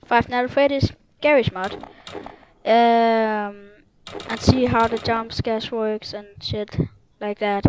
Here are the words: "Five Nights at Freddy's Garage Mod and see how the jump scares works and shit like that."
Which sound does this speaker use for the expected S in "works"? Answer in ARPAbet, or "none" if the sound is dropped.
S